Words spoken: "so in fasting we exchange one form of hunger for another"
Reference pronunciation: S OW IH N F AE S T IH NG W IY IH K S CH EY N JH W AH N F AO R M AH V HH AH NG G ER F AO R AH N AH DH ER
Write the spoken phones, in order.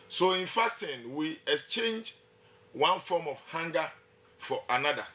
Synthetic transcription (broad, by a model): S OW IH N F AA S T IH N W IY IH K S CH EY N JH W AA N F AO M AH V HH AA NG G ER F AO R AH N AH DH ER